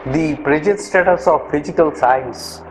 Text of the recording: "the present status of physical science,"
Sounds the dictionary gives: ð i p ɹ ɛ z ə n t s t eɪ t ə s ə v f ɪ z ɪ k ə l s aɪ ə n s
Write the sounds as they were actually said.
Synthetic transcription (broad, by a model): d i p ɹ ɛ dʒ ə t s t eɪ t ə s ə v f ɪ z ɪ k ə l s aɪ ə n s